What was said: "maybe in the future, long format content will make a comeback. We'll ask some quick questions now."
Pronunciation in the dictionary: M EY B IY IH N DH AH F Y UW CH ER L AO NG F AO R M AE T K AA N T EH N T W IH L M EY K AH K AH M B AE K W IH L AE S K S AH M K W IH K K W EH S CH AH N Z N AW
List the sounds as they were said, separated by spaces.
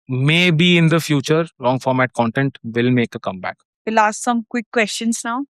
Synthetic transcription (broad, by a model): M EY B IY IH N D AH F Y UW CH ER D AO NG F AO R M AE T K AA N T EH N T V IH L M EY K AH K AH M B AE K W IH L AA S S AH M K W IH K K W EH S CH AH N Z N AW